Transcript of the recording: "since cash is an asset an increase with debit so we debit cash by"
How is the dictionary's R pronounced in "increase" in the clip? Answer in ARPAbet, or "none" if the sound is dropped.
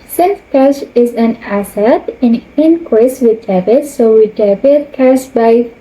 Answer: W